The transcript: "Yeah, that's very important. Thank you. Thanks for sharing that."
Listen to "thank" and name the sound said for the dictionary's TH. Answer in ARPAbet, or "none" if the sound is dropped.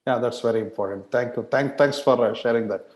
T